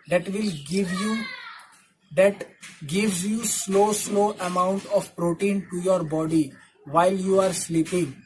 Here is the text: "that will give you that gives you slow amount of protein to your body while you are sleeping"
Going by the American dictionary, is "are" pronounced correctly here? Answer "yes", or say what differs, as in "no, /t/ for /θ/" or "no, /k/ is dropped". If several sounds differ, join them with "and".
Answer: yes